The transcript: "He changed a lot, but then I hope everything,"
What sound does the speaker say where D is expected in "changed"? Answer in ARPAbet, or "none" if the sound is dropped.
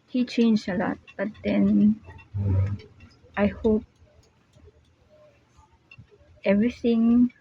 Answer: none